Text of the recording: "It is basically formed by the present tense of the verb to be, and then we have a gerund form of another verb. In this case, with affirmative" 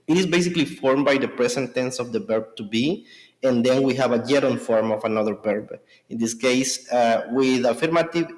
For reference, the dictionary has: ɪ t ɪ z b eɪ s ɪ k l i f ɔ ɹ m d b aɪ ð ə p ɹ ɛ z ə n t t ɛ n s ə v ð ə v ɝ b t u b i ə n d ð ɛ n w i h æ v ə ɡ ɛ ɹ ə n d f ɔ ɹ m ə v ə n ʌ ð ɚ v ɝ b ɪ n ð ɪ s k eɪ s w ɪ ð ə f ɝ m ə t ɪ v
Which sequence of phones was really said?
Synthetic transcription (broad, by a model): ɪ t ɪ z b eɪ s ɪ k l i f ɔ ɹ m b aɪ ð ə p ɹ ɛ s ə n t t ɛ n s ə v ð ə b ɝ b t u b i ə n d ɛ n w i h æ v ə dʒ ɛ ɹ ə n f ɔ ɹ m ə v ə n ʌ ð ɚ b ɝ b ɪ n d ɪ s k eɪ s w ɪ ð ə f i m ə t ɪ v